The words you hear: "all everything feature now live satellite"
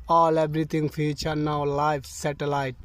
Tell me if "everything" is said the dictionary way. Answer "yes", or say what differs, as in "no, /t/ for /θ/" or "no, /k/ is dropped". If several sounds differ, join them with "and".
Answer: no, /t/ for /θ/